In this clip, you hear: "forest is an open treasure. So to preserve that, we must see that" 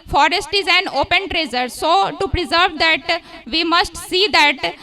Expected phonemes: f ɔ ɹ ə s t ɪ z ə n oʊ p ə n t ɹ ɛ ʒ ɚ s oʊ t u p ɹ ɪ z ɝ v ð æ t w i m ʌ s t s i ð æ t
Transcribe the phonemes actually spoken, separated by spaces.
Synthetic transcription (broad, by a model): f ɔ ɹ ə s t ɪ z ə n oʊ p ə n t ɹ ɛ z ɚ s oʊ t u p ɹ ɪ z ɝ v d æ t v i m ʌ s t s i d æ t